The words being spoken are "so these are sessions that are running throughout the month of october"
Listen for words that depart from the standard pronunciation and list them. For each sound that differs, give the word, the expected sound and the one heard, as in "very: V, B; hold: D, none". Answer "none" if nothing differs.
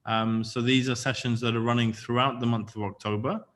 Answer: none